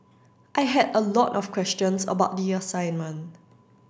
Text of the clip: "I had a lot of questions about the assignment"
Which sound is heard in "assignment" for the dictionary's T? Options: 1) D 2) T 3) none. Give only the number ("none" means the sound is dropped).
3